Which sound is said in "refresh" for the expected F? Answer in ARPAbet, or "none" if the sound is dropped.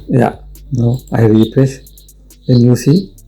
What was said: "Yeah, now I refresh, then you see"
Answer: P